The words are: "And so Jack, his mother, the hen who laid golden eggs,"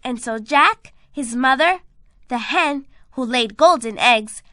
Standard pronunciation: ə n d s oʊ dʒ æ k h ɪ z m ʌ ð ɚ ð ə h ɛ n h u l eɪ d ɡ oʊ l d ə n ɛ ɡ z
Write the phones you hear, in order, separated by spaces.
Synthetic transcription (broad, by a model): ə n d s oʊ dʒ æ k h ɪ z m ʌ ð ɚ ð ə h ɛ n h u l eɪ d ɡ oʊ l d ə n ɛ ɡ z